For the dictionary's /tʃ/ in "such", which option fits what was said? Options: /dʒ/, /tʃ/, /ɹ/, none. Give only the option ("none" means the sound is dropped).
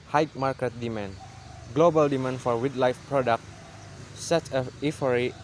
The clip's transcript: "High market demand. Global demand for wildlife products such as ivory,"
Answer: none